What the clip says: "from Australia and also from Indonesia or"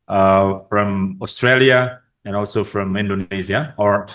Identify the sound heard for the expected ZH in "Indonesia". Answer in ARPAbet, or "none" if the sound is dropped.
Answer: Z